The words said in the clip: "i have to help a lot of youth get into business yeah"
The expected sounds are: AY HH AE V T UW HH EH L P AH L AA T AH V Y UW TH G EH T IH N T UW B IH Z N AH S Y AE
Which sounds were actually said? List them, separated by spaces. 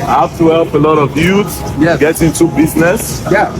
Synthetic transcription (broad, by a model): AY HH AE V T UW HH EH L P AH L AA T AH V Y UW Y G EH T IH N T UW B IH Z N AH S Y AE